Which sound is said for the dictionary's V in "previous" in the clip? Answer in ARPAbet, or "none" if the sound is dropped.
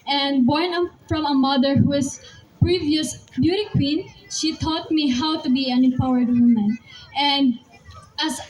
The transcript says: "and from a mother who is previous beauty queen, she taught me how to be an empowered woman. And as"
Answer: V